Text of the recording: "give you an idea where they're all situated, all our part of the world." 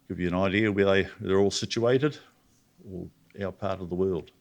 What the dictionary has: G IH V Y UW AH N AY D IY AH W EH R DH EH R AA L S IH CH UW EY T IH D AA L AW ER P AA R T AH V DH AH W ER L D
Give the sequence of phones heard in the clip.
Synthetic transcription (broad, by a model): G IH V Y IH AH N AY D IY AH W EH W DH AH R AA L S IH CH UW EY T IH D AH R AW ER P AA R T AH V DH AH W ER L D